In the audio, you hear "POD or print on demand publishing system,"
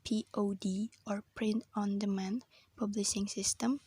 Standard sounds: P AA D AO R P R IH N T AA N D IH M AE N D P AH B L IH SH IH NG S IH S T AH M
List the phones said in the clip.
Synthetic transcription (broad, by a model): P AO D AO R P R IH N T AA N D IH M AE N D P AH B L IH SH IH NG S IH S T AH M